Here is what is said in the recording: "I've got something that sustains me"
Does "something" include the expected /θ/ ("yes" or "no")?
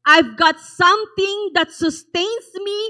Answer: no